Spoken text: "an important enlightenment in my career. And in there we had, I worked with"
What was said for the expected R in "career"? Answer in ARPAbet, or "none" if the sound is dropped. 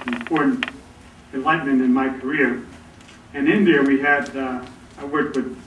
R